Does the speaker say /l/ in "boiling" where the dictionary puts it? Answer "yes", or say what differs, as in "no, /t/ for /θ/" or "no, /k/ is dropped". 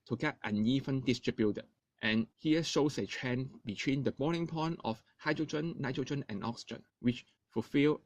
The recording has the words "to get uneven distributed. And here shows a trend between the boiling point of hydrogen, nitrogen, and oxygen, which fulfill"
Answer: no, /n/ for /l/